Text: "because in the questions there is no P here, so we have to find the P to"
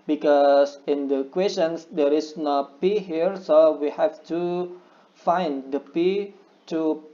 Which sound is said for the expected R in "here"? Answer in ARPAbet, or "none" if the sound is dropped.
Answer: R